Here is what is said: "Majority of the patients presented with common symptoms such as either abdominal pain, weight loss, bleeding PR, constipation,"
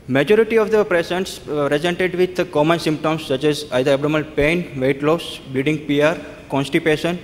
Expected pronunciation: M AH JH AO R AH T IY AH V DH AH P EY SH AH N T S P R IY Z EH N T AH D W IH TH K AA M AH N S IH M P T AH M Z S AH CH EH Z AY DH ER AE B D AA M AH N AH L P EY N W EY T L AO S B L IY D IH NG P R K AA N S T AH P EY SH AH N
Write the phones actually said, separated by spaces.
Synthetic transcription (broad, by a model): M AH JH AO R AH T IY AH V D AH P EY S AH N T S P R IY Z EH N T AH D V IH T K AA M AH N S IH M P T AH M S AH CH EH Z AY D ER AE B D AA M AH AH L P EY N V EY T L AO S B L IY D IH NG P R K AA N S T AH P EY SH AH N